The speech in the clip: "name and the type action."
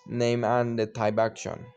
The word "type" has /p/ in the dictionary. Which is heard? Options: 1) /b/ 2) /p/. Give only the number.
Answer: 1